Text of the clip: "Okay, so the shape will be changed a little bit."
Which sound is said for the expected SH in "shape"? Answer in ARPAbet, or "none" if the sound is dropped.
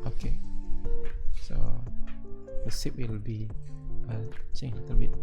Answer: S